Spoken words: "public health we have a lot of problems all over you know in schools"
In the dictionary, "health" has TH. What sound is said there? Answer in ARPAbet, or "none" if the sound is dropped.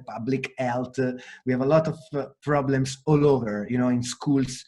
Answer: T